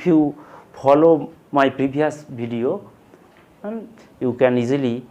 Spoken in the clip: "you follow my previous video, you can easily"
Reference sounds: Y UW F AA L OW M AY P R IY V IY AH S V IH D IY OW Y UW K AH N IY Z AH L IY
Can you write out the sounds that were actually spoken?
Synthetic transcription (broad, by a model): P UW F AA L OW M AY P R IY B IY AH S B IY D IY OW Y UW K AH N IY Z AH L IY